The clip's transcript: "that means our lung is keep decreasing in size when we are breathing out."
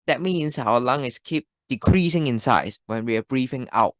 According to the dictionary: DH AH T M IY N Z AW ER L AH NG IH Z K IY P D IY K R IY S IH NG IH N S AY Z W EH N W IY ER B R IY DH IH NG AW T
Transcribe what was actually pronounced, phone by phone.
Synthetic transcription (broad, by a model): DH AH T M IY N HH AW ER L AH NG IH S K IY P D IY K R IY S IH NG IH N S AY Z W EH N W IY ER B R IY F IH NG AW T